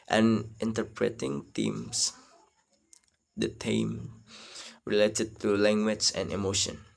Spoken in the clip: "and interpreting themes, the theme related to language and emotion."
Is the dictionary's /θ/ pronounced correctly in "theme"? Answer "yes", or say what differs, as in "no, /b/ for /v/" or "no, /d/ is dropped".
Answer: no, /t/ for /θ/